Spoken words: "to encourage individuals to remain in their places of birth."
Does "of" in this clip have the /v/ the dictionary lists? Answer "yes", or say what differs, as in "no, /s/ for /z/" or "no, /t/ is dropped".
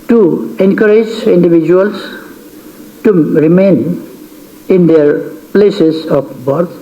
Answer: no, /p/ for /v/